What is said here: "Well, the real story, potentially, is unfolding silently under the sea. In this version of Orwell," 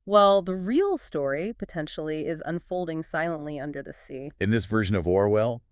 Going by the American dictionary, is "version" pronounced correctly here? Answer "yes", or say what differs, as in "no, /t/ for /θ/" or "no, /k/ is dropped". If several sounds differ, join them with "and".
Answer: yes